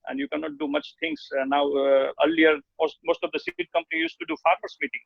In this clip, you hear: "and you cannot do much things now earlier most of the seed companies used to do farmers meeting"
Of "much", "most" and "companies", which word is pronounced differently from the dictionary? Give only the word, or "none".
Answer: companies